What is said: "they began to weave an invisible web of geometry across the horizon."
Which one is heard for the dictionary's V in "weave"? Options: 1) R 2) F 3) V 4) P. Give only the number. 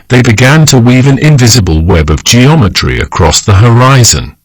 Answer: 3